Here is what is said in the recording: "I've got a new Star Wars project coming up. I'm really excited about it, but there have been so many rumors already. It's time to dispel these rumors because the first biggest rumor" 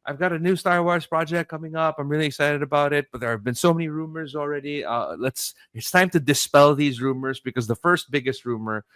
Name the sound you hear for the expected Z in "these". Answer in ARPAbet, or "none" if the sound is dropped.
Z